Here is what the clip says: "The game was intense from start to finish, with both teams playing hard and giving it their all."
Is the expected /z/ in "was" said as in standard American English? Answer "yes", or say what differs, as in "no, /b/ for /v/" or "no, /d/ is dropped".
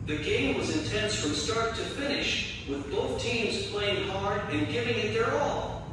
yes